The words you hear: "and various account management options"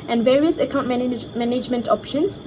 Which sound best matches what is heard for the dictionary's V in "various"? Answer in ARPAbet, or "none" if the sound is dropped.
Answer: V